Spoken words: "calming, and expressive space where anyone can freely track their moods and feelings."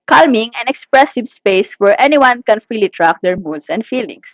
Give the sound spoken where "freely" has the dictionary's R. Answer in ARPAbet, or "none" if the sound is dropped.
none